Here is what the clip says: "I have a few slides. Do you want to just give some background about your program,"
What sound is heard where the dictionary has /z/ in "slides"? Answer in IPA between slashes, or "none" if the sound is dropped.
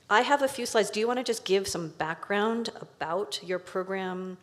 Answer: /z/